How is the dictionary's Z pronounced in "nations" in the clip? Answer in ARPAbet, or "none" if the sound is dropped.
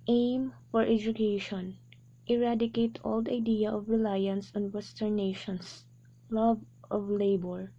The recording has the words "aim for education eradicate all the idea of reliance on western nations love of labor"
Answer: S